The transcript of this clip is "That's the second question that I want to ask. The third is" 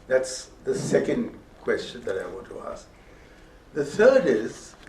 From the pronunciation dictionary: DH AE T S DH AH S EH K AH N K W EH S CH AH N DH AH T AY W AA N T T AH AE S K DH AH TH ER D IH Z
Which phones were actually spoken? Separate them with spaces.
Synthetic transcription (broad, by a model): DH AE T S DH AH S EH K AH N K W EH S CH AH N DH AH T AY W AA N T T AH AE S K DH AH TH ER D IH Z